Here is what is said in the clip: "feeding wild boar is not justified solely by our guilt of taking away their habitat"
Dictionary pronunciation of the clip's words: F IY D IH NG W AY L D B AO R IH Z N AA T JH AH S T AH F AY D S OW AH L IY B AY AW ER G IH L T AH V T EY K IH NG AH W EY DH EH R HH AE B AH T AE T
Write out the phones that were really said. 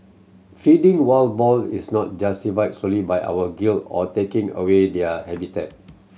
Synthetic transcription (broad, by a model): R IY D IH NG W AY L B AO L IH S N AA T JH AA S T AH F AY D S OW L IY B AY AW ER G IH L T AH T EY K IH NG AH W EY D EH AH HH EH B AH T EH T